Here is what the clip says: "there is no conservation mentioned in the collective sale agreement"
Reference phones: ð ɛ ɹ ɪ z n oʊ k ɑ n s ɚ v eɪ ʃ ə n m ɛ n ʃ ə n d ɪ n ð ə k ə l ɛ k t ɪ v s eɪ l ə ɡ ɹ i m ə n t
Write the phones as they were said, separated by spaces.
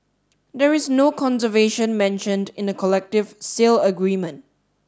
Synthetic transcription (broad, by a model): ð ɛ ɹ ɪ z n oʊ k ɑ n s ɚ v eɪ ʃ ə n m ɛ n ʃ ə n d ɪ n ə k ə l ɛ k t ɪ v s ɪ l ə ɡ ɹ i m ə n t